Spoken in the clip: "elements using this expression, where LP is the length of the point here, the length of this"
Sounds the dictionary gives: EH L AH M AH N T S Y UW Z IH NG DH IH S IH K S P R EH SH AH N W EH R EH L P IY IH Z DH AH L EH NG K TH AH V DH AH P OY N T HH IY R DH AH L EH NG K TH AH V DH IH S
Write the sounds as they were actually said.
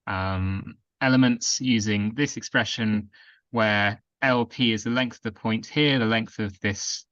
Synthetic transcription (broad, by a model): EH L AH M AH N T S Y UW Z IH NG DH IH S IH K S P R EH SH AH N W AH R EH L P IY IH Z DH AH L EH NG K TH AH V DH AH P OY N T HH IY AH DH AH L EH NG K TH AH V DH IH S